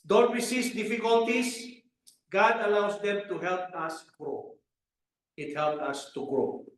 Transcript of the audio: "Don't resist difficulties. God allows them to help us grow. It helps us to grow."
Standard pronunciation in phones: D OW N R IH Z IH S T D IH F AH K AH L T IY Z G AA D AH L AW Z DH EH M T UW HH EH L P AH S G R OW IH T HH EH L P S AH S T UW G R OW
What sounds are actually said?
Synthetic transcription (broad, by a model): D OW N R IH S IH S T D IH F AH K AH L T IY S G AA D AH L AW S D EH M T UW HH EH L P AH S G R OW IH T HH EH L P AH S T UW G R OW